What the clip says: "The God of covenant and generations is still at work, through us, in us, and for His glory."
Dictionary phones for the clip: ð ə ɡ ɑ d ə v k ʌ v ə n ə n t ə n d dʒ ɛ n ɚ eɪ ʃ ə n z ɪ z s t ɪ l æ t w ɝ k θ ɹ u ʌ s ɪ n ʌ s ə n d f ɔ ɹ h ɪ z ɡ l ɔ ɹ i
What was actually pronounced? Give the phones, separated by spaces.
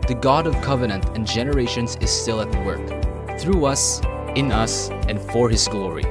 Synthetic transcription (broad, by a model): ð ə ɡ ɑ d ə v k ʌ v ə n ə n t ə n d dʒ ɛ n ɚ eɪ ʃ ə n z ɪ z s t ɪ l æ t w ɝ k θ ɹ u ʌ s ɪ n ʌ s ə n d f ɔ ɹ h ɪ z ɡ l ɔ ɹ i